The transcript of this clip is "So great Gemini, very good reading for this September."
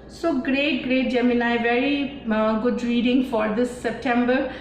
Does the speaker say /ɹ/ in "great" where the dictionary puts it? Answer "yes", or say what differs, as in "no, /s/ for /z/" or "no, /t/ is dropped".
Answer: yes